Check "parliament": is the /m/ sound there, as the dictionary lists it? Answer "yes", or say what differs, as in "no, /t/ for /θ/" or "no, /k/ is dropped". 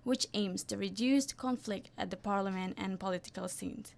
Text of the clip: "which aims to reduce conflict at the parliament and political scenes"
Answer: yes